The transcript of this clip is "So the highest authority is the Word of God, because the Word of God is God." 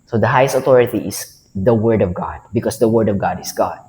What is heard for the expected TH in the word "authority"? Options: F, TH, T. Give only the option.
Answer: T